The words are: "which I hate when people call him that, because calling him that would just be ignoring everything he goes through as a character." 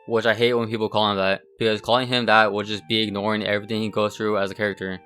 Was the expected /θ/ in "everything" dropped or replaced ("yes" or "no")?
no